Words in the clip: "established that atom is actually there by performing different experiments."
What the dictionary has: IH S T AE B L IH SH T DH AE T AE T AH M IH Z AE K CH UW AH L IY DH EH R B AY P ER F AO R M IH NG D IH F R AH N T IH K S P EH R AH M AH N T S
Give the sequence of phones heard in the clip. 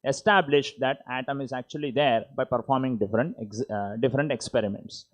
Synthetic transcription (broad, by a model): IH S T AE B L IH SH T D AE T AE T AH M IH Z AE K CH UW AH L IY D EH R B AY P ER F AO R M IH NG D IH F R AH N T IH K S P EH R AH M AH N T S